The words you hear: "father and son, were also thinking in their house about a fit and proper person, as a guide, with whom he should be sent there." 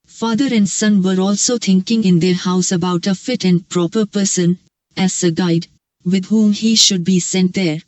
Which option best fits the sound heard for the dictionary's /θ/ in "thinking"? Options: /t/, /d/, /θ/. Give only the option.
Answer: /t/